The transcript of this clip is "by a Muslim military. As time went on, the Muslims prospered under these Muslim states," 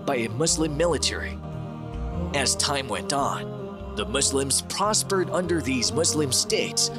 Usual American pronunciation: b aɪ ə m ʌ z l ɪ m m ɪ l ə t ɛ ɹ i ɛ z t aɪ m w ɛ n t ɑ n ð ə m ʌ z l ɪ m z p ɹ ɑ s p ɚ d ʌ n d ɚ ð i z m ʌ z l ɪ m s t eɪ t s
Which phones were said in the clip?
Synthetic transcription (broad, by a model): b aɪ ə m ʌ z l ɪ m m ɪ l ə t ɛ ɹ i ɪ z t aɪ m w ɛ n t n ð ə m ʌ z l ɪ m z p ɹ ɑ s p ɚ d ʌ n d ɚ ð i z m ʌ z l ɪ m s t eɪ t s